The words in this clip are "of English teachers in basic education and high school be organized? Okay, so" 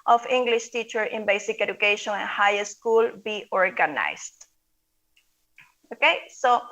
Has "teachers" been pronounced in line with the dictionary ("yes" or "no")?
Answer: no